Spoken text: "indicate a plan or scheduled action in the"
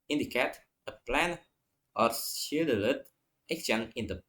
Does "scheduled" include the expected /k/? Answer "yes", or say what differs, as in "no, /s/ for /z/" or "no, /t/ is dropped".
no, /k/ is dropped